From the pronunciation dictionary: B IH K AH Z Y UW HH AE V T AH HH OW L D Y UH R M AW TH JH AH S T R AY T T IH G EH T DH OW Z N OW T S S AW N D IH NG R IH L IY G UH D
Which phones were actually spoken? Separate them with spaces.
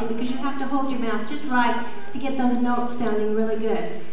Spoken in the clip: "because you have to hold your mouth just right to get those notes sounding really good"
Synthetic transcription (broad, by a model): B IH K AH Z Y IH HH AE F T AH HH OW L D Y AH R M AW TH JH AH S T R AY T T IH G EH T DH OW Z N OW T S S AW N D IH NG R IH L IY G UH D